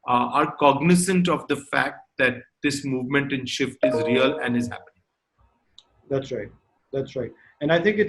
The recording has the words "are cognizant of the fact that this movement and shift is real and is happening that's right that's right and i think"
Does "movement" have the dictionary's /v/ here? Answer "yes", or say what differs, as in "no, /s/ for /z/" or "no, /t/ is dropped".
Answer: yes